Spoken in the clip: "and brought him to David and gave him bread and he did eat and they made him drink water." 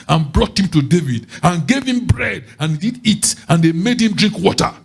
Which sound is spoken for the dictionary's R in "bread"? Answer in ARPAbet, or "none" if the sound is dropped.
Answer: R